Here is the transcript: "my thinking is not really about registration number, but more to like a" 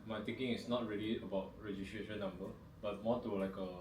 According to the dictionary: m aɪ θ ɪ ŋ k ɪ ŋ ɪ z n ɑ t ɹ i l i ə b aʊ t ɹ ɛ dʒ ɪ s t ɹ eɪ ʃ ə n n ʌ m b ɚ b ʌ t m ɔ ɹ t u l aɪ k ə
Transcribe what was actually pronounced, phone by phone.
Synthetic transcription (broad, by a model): m aɪ t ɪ ŋ k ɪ ŋ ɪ s n ɑ t ɹ i l i ə b aʊ t ɹ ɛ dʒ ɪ s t ɹ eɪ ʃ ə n n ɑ m b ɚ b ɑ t m ɔ t u l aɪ k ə